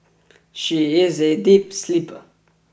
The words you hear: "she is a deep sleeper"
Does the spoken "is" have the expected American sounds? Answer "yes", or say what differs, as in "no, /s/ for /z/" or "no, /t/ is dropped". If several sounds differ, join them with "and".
yes